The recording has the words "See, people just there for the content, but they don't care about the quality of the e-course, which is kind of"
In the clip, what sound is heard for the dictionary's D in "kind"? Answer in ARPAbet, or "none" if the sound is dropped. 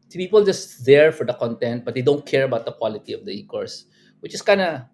none